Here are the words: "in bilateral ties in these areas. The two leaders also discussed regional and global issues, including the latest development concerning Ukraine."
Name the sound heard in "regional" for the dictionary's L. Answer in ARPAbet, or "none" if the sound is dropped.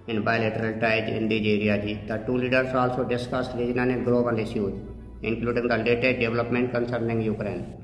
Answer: N